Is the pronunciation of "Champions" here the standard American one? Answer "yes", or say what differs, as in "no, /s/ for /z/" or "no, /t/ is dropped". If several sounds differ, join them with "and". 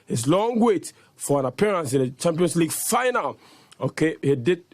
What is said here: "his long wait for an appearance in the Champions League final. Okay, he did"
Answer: no, /s/ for /z/